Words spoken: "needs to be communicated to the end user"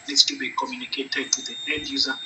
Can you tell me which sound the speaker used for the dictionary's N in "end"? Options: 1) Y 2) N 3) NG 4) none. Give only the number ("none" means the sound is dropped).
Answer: 4